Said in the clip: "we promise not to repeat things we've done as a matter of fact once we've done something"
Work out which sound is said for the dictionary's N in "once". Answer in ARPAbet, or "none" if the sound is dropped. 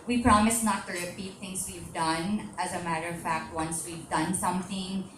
N